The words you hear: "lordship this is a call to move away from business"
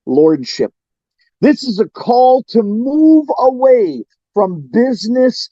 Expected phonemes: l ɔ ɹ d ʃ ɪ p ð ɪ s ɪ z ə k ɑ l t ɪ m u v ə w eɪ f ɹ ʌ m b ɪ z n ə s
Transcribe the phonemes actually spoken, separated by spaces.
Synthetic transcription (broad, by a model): l ɔ ɹ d ʃ ɪ p ð ɪ s ɪ z ə k ɑ l t ɪ m u v ə w eɪ f ɹ ʌ m b ɪ z n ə s